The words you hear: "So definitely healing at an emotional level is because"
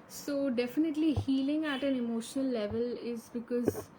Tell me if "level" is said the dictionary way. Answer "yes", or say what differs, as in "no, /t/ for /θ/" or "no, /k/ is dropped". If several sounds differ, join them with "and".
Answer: yes